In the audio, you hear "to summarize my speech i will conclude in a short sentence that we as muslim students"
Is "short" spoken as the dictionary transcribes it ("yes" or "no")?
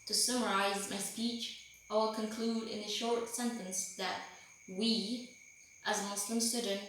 yes